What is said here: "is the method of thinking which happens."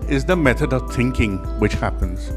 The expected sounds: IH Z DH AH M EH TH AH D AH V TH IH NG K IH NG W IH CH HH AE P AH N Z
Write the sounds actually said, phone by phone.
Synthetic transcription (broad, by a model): IH Z DH AH M EH TH AH D AH V TH IH NG K IH NG W IH CH HH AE P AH N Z